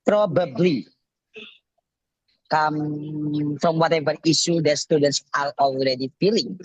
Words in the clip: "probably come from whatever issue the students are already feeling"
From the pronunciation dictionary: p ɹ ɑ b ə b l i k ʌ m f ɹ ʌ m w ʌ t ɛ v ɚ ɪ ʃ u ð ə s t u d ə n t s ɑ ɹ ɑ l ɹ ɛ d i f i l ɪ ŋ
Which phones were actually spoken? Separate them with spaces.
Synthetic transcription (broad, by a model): p ɹ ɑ b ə b l i k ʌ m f ɹ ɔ m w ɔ t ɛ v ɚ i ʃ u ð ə s t u d ə n t s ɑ l ɑ l ɹ ɛ d i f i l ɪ ŋ